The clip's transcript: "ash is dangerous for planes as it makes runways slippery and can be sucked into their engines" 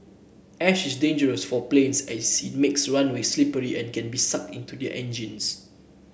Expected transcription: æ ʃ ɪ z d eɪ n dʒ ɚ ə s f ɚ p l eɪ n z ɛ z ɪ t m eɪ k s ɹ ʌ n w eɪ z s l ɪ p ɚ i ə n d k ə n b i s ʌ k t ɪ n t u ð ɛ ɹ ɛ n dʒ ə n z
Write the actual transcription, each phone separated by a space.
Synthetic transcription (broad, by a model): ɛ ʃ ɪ s d eɪ n dʒ ɚ ə s f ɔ p l eɪ n s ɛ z ɪ t m eɪ k s ɹ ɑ n w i s l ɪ p ɚ i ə n k ə n b i s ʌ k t ɪ n t u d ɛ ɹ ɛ n dʒ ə n s